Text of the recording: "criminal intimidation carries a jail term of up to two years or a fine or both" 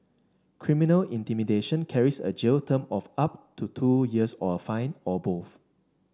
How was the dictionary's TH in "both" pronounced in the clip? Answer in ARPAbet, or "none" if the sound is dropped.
F